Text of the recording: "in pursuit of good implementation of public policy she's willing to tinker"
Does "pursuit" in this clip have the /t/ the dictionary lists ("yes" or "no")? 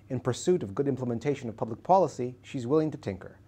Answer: yes